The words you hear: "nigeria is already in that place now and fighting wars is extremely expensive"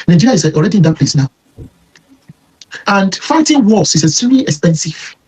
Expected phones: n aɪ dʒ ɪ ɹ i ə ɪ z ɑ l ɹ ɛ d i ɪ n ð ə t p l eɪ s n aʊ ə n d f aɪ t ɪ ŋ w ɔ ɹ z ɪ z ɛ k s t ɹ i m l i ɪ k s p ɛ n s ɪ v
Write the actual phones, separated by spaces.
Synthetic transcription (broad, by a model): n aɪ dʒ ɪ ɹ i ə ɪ ɑ l ɹ ɛ d i ɪ n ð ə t p l eɪ s n aʊ ə n d f aɪ t ɪ ŋ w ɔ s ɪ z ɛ s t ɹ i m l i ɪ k s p ɛ n s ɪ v